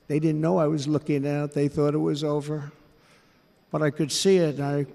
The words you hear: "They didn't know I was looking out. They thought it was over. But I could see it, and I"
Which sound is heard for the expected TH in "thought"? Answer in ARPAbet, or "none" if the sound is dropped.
TH